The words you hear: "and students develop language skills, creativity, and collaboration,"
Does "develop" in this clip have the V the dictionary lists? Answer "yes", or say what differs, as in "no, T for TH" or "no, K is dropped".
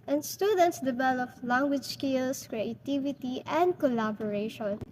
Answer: no, B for V